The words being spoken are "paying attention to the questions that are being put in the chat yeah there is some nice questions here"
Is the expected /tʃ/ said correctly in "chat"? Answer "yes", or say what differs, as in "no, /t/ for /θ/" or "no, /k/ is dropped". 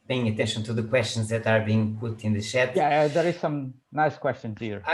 no, /ʃ/ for /tʃ/